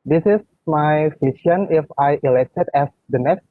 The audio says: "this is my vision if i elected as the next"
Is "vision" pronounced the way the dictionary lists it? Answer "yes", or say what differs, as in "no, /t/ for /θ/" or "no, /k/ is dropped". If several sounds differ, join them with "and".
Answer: no, /f/ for /v/ and /s/ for /ʒ/